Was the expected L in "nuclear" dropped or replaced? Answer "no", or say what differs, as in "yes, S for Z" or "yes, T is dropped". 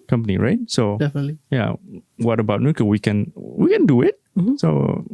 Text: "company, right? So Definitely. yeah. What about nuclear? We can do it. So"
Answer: yes, W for L